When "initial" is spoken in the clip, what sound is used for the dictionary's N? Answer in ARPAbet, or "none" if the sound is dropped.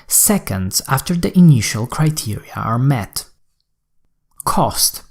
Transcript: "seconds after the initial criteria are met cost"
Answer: N